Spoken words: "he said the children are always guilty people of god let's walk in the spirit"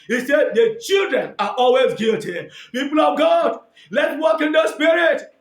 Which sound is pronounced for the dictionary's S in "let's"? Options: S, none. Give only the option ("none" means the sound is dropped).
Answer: none